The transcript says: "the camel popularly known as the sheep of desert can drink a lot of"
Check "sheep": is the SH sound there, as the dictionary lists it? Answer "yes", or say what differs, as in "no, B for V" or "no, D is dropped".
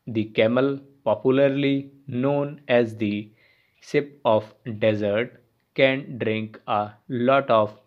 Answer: no, S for SH